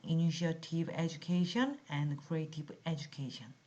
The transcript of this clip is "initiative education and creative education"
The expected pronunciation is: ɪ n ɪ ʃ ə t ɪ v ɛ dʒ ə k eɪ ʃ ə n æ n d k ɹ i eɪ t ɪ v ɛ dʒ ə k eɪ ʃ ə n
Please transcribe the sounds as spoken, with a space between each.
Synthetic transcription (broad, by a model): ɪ n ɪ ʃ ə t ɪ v ɛ dʒ ə k eɪ ʃ ə n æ n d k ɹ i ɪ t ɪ p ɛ dʒ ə k eɪ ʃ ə n